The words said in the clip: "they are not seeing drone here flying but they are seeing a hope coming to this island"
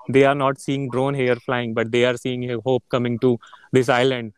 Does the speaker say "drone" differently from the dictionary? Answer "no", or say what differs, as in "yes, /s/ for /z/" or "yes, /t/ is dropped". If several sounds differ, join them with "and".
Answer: no